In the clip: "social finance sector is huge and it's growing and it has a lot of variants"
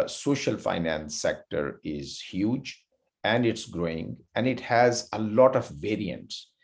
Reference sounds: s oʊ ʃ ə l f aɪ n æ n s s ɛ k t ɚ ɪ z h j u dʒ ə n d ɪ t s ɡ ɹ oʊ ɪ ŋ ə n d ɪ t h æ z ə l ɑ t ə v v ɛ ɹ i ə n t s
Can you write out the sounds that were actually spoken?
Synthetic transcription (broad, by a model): s oʊ ʃ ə l f aɪ n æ n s s ɛ k t ɚ ɪ z h j u dʒ ə n d ɪ t s ɡ ɹ oʊ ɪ ŋ ə n d ɪ t h æ z ə l ɑ t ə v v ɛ ɹ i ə n t s